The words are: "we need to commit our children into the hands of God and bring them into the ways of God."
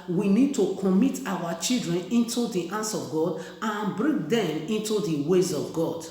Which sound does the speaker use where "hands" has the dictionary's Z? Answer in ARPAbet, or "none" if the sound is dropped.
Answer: S